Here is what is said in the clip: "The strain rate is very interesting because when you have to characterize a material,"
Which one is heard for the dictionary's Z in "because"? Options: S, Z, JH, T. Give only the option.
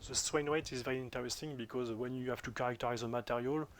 Z